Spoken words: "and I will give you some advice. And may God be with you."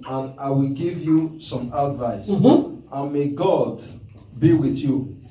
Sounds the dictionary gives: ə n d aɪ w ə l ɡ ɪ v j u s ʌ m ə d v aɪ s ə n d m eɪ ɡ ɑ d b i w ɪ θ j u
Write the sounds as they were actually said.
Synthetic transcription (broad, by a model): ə n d aɪ w ə l ɡ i v j u s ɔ m ə d v aɪ s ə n m eɪ ɡ ɑ d b i w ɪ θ j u